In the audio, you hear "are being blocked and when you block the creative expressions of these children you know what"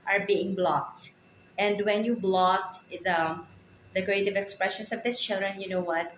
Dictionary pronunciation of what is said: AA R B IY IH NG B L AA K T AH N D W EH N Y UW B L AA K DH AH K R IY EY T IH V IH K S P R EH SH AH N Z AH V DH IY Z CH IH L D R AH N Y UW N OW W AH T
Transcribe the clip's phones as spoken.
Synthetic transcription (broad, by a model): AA R B IY IH NG B L AA K T AH N D W EH N Y UW B L AA K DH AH K R IY EY T IH V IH K S P R EH SH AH N S AH V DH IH S CH IH L D R AH N Y UW N OW W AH T